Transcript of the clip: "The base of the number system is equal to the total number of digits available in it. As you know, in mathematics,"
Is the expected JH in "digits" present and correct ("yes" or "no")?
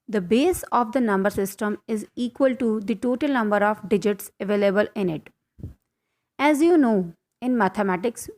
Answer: yes